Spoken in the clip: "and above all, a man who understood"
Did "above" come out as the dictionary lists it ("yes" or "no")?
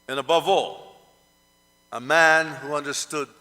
yes